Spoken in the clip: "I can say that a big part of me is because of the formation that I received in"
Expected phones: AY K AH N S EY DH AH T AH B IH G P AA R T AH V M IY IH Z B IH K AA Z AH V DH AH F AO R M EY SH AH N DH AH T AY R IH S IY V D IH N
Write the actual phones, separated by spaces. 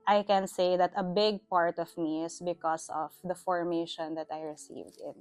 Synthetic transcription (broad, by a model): AY K AH N S EY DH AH T AH B IH G P AA R T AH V M IY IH S B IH K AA S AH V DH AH F AO R M EY SH AH N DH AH T AY R IH S IY V D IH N